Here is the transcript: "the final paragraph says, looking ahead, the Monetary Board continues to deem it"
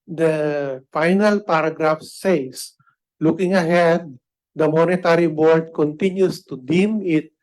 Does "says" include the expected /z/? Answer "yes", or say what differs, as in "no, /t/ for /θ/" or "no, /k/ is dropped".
no, /s/ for /z/